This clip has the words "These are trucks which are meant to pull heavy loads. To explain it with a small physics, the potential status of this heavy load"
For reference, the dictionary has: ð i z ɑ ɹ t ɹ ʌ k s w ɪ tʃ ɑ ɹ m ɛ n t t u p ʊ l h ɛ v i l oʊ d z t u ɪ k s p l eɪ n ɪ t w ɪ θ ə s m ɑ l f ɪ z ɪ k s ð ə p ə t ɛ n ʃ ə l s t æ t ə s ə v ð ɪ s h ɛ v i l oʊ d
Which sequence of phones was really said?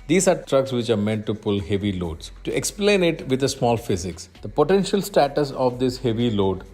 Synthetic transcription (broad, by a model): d i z ɑ ɹ t ɹ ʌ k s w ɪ tʃ ɑ ɹ m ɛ n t t u p ʊ l h ɛ v i l oʊ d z t u ɪ k s p l eɪ n ɪ t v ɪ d ə s m ɑ l f ɪ z ɪ k s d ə p ə t ɛ n ʃ ə l s t æ t ə s ə v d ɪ s h ɛ v i l oʊ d